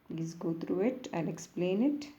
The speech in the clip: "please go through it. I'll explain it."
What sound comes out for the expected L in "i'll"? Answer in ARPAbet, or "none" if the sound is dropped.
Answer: N